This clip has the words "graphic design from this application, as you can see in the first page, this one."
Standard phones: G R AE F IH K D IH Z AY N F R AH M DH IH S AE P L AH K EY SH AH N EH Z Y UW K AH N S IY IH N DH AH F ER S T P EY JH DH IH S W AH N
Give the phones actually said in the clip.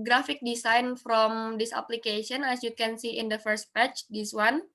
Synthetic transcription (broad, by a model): G R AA F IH K D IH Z AY N F R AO M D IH S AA P L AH K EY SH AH N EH S Y UW K AH N S IY IH N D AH F ER S T P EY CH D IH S W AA N